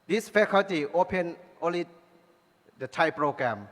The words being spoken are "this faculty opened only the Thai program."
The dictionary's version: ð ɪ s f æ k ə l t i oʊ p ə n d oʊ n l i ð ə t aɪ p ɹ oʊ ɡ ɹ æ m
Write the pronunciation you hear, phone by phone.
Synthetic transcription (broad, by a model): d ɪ s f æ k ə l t i oʊ p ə n oʊ n l i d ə t aɪ p ɹ oʊ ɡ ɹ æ m